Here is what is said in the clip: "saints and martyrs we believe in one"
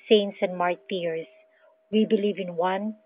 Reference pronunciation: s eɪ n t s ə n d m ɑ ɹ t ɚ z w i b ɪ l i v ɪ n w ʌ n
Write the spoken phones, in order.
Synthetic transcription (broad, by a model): s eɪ n t s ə n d m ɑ ɹ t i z w i b ɪ l i v ɪ n w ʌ n